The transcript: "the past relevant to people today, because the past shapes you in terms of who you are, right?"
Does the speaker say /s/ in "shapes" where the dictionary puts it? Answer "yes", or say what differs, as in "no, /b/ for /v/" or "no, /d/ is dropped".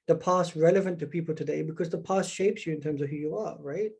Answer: yes